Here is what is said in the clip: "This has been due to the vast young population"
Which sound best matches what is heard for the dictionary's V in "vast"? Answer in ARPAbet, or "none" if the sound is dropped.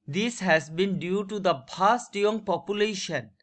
P